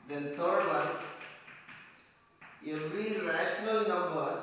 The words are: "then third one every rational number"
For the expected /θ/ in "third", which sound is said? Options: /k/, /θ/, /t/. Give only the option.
/t/